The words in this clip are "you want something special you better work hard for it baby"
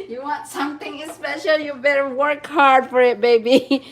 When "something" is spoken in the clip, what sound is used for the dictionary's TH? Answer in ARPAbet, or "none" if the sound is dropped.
T